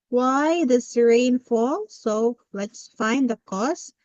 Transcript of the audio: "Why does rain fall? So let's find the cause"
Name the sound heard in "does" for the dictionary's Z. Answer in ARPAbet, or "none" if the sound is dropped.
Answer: S